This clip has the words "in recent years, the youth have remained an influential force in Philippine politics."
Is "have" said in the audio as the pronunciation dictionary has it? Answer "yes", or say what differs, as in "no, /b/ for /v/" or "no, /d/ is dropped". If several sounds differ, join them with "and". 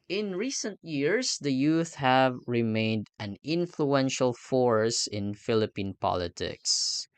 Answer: yes